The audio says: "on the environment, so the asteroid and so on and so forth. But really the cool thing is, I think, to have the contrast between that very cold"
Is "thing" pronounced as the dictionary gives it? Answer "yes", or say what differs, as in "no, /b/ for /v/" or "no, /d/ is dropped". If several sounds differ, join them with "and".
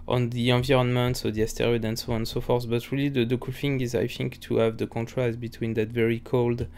no, /f/ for /θ/